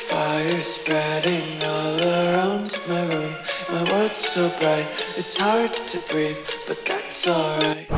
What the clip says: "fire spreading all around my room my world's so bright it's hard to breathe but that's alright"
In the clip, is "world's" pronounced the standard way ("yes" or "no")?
no